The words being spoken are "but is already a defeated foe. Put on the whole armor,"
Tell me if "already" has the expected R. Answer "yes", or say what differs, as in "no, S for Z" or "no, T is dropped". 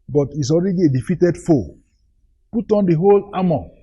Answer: yes